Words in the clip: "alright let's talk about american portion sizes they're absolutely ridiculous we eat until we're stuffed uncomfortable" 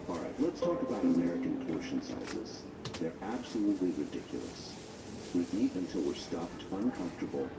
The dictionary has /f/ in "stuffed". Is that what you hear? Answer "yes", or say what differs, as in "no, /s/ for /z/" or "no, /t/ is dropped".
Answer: no, /p/ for /f/